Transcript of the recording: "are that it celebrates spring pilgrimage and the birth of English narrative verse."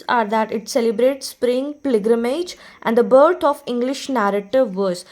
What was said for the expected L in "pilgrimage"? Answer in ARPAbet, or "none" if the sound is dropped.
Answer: none